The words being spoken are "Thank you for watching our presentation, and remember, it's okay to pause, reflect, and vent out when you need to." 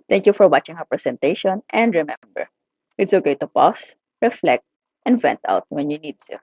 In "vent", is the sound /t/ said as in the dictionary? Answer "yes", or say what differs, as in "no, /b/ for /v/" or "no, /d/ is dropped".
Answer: yes